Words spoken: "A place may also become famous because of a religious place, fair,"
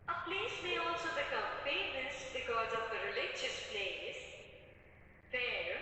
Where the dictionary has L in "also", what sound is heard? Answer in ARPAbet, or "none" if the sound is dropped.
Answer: L